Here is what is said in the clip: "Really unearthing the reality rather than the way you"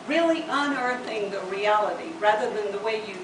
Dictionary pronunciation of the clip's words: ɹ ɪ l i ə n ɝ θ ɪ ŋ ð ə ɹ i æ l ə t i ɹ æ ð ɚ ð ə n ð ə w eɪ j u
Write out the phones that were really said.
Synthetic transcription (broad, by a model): ɹ ɪ l i ə n ɝ θ ɪ ŋ ð ə ɹ i æ l ə t i ɹ æ ð ɚ ð ə n ð ə w eɪ j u